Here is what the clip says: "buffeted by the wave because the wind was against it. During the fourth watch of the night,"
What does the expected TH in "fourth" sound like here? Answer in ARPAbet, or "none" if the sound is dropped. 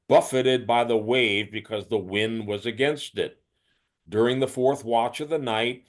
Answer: TH